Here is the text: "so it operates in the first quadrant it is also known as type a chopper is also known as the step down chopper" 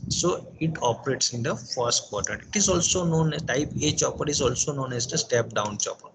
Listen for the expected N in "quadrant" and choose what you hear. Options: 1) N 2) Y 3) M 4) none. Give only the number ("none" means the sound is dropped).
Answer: 4